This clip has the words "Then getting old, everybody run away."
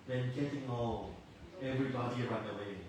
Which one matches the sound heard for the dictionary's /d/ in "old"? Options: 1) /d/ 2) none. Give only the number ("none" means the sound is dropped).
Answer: 2